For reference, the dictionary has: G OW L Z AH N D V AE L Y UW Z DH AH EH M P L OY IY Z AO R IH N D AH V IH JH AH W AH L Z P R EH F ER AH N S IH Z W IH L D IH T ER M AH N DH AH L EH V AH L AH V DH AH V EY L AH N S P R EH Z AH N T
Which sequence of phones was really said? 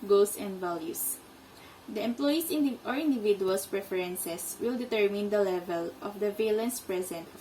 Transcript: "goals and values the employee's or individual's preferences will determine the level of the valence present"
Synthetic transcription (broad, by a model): G OW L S AH N D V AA L Y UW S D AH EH M P L OY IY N AO R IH N D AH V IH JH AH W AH L S P R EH F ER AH N S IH S W IH L D IH T ER M AH N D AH L EH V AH L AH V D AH V EY L AH N S P R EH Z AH N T